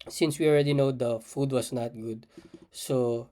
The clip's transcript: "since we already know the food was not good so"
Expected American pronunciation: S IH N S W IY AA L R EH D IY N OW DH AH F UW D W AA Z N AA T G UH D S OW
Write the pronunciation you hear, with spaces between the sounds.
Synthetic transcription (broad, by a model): S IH N S W IY AA L R EH D IY N OW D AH F UW D W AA S N AA T G UH D S OW